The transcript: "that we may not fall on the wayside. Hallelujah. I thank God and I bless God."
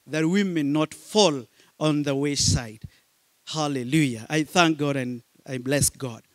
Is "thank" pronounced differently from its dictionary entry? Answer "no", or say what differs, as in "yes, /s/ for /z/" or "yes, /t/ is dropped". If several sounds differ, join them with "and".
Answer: no